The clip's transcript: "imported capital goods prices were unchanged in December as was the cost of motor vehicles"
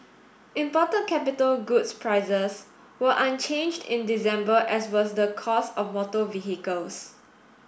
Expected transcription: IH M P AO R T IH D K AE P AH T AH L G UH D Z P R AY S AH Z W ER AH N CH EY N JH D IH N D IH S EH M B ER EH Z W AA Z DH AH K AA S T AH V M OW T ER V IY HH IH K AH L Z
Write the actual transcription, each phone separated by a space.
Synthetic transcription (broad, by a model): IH M P AO T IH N K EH P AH T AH L G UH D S P R AY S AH S W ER AH N CH EY N JH D IH N D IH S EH M B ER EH S W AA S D AH K AA S AH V M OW T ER V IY HH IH K AH L S